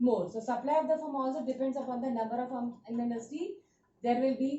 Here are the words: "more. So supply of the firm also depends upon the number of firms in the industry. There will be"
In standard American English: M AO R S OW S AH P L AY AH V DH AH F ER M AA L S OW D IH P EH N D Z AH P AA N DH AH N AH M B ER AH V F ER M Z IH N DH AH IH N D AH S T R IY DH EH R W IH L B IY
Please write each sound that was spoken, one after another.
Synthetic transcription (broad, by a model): M AO R S OW S AH P L AY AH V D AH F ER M AA L S OW D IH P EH N D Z AH P AA N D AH N AH M B ER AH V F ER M IH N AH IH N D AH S T IY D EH R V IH L B IY